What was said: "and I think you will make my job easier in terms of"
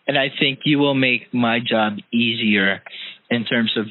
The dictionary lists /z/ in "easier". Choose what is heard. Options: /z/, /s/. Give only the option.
/z/